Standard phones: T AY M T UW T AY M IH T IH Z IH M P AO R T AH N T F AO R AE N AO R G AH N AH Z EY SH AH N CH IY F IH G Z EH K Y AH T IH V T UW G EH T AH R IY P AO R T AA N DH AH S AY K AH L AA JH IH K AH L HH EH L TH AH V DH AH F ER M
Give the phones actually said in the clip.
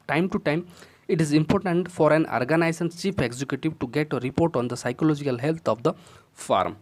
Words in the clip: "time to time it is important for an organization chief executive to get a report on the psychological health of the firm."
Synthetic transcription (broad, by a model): T AY M T UW T AY M IH T IH Z IH M P AO R T AH N T F AO R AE N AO R G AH N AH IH S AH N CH IY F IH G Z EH K Y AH T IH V T UW G EH T AH R IY P AO R T AA N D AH S AY K AH L AA JH IH K AH L HH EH L T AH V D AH F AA M